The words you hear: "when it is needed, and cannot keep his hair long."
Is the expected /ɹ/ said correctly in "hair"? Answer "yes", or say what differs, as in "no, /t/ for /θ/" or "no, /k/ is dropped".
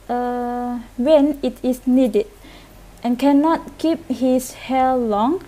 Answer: no, /l/ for /ɹ/